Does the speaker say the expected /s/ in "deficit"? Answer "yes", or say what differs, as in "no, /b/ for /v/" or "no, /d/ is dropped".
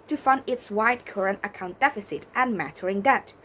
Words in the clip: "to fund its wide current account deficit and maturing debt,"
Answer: yes